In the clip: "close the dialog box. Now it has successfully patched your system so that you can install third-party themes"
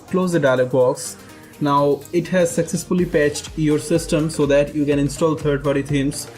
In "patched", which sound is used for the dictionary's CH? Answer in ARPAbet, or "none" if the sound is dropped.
CH